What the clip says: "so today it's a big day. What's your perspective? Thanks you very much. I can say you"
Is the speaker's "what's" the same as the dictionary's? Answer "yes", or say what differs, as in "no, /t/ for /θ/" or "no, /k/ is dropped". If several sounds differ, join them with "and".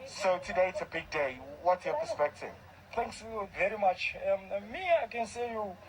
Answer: no, /s/ is dropped